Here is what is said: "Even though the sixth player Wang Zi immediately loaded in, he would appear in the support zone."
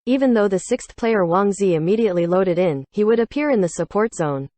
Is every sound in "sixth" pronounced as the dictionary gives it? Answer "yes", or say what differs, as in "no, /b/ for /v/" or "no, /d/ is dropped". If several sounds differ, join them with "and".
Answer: yes